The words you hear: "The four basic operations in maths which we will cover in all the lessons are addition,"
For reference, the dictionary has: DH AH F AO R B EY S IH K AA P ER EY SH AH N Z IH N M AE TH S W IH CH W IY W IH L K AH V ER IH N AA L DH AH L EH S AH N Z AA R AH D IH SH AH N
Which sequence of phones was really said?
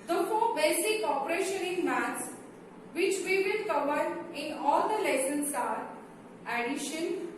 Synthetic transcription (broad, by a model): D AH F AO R B EY S IH K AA P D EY SH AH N IH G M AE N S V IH CH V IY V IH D K AH V ER IH N AA L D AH L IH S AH N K AA R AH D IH SH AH N